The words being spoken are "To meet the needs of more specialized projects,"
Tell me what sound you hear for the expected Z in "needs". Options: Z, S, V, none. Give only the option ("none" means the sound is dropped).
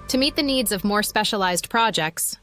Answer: Z